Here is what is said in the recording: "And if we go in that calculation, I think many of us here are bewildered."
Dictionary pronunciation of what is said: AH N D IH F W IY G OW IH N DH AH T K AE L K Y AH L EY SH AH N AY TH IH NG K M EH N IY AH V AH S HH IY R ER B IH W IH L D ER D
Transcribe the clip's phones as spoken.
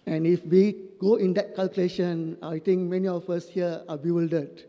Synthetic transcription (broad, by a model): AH N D IH F W IY G OW IH N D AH T K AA L K Y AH L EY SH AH N AY T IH NG K M EH N IY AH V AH S HH IY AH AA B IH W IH L D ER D